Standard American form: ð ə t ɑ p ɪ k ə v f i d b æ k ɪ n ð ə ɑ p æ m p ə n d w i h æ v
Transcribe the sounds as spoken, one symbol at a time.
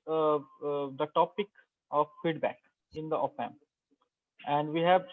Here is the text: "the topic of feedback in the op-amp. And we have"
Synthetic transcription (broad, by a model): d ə t ɑ p ɪ k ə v f i d b æ k ɪ n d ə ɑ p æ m ə n d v i h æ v